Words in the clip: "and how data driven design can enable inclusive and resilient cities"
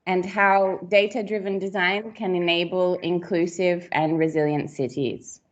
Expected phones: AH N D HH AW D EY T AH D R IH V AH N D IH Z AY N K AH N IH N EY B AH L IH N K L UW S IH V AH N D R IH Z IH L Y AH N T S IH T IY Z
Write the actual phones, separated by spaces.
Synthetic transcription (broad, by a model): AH N HH AW D EY T AH D R IH V AH N D IH Z AY N K AH N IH N EY B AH L IH N K L UW S IH V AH N R IH Z IH L Y AH N T S IH T IY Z